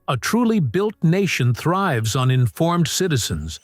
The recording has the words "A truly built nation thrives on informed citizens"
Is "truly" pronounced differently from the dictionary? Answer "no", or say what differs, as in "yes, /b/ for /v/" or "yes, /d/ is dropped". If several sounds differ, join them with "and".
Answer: no